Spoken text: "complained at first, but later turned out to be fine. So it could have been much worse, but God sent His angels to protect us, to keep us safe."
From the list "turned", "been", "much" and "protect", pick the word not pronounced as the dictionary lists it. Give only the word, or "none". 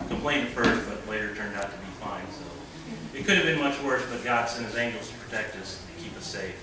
none